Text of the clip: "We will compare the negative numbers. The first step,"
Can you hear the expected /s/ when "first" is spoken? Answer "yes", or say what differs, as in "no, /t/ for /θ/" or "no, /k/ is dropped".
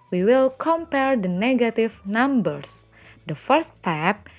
no, /s/ is dropped